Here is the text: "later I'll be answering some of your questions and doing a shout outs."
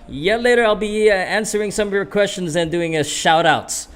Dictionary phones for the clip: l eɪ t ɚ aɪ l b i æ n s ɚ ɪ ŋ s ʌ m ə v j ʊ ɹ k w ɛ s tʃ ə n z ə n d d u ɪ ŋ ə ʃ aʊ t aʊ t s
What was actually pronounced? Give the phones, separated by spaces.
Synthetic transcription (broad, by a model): l eɪ t ɚ aɪ l b i æ n s ɚ ɪ ŋ s ʌ m ə v j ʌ ɹ k w ɛ s tʃ ə n z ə n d d u ɪ ŋ ə ʃ aʊ t aʊ t s